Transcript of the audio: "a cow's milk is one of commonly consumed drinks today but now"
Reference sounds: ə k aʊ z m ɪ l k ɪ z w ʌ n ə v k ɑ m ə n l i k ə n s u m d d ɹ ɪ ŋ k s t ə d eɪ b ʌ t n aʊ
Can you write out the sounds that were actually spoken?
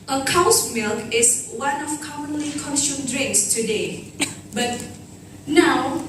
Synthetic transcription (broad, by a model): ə k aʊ s m ɪ l k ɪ s w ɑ n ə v k ɑ m ə n l i k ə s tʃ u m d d ɹ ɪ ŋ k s t ə d eɪ b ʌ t n aʊ